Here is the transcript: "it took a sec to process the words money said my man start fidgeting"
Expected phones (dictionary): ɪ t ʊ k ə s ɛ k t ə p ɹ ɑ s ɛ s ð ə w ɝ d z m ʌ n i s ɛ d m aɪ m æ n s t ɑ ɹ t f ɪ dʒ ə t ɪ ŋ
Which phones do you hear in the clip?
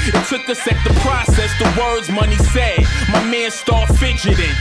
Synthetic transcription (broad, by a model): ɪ t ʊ k ə s ɛ k t ə p ɹ ɑ s ɛ s ð ə w ɝ d z m ʌ n i s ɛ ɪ m aɪ m æ n s t ɑ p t f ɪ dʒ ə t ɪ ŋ